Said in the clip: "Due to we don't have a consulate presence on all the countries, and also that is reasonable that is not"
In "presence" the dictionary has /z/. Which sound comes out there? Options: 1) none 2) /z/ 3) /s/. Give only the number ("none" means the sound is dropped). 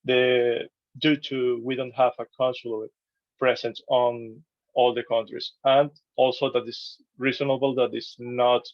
3